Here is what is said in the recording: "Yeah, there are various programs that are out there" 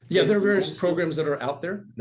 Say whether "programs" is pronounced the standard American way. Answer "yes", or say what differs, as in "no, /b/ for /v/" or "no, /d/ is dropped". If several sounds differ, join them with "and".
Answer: yes